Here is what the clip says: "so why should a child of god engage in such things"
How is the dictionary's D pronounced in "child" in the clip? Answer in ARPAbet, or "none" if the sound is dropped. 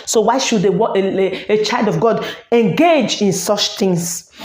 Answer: D